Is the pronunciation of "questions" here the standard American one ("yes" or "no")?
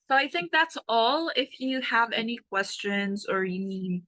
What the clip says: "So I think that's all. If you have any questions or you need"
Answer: yes